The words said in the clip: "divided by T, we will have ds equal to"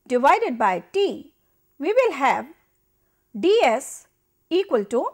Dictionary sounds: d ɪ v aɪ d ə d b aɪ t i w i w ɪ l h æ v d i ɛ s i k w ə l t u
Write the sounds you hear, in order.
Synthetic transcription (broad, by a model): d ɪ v aɪ d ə d b aɪ t i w i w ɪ l h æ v d i ɛ s i k w ə l t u